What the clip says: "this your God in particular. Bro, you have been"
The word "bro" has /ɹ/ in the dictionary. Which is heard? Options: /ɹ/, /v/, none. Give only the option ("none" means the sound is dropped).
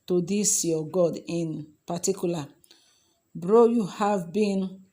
/ɹ/